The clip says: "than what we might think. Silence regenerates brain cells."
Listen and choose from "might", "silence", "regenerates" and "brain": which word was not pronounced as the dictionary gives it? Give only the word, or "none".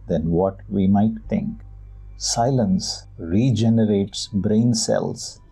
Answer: none